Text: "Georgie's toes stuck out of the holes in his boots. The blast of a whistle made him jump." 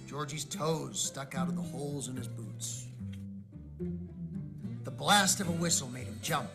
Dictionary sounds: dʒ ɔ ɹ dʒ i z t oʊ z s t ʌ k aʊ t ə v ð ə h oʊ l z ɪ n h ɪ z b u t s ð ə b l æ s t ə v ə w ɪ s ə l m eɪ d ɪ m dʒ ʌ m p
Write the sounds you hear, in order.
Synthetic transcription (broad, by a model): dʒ ɔ ɹ dʒ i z t oʊ z s t ʌ k aʊ t ə v ð ə h oʊ l z ɪ n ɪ z b u t s ð ə b l æ s t ə v ə w ɪ s l m eɪ d ɪ m dʒ ʌ m p